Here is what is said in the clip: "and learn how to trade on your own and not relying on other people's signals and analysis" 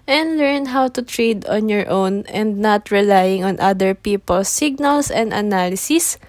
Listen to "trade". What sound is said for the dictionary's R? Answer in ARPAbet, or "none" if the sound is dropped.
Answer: R